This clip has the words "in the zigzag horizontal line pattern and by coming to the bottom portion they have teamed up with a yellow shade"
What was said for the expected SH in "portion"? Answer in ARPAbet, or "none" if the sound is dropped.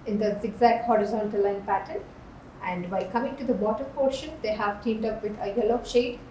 SH